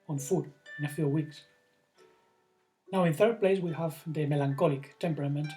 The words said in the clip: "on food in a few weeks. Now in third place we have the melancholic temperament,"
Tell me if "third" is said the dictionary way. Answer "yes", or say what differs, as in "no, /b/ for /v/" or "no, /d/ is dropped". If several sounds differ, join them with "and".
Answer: yes